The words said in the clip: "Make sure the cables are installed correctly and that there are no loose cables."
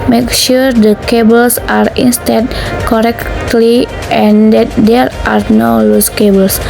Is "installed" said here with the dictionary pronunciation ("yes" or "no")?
no